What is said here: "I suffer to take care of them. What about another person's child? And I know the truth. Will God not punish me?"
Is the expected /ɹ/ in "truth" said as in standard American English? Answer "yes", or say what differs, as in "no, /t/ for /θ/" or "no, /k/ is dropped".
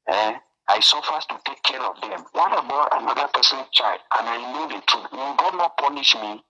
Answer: no, /ɹ/ is dropped